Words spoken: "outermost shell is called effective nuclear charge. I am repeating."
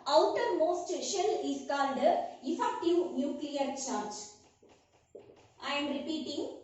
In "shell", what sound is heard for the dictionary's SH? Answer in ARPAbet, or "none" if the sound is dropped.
SH